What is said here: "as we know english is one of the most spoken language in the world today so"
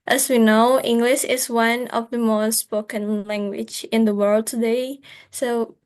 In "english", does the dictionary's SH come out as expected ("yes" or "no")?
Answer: yes